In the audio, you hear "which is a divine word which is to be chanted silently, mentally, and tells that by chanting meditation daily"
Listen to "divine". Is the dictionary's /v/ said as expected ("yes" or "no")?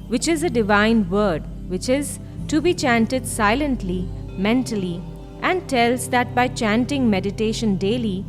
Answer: yes